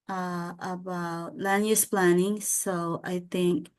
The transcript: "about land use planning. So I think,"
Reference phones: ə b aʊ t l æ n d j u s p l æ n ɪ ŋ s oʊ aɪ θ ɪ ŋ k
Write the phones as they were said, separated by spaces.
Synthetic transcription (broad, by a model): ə b aʊ t l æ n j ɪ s p l æ n ɪ ŋ s oʊ aɪ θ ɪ ŋ k